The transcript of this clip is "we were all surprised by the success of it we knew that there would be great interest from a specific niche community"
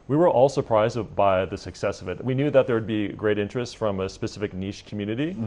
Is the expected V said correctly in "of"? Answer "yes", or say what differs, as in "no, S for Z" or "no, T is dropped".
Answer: yes